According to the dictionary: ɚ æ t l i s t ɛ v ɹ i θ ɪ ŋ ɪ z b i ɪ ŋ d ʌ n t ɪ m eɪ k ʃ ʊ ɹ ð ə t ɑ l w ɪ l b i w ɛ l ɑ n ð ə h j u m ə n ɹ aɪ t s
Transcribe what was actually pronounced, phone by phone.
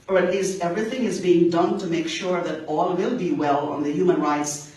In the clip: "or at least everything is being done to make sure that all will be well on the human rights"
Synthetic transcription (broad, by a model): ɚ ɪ t l i s t ɛ v ɹ i θ ɪ ŋ ɪ z b i ɪ ŋ d ʌ n t ɪ m eɪ k ʃ ʊ ɹ ð ə t ɑ l w ɪ l b i w ɛ l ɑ n ð ə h j u m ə n ɹ aɪ t s